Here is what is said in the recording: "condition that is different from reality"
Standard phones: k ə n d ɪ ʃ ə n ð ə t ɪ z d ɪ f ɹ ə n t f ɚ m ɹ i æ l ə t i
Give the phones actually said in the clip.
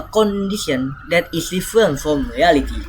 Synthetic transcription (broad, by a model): k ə n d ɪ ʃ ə n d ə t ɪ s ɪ f ə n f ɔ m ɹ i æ l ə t i